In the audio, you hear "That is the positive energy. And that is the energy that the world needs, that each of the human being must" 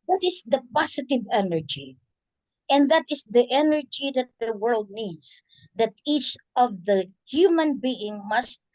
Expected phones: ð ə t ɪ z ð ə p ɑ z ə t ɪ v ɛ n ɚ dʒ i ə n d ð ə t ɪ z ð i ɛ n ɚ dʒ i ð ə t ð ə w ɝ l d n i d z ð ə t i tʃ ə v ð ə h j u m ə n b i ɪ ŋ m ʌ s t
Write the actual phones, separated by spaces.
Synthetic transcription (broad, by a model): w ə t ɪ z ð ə p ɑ s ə t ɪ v ɛ n ɚ dʒ i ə n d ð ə t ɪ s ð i ɛ n ɚ dʒ i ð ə t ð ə w ɝ l d n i d s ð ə t i tʃ ə v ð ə h j u m ə n b i ɪ ŋ m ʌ s t